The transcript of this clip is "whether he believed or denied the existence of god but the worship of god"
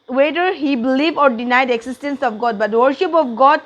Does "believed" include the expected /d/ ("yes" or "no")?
no